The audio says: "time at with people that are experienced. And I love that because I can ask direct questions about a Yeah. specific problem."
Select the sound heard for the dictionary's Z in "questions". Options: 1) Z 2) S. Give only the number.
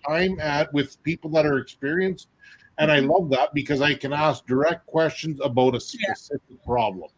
1